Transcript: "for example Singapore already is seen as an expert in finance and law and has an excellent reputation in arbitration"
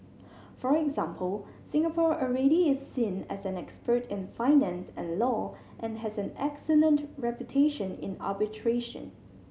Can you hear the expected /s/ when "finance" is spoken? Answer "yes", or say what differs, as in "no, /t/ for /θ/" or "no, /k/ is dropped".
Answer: yes